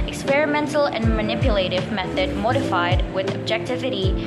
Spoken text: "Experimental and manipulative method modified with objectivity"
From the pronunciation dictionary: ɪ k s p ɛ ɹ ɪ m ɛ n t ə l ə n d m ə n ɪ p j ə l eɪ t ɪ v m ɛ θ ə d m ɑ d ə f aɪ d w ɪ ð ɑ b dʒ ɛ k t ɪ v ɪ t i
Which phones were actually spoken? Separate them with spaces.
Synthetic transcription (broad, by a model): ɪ k s p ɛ ɹ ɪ m ɛ n t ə l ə n m ə n ɪ p j ə l eɪ t ɪ v m ɛ θ ə d m ɑ d ə f aɪ d w ɪ ð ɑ b dʒ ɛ k t ɪ v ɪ t i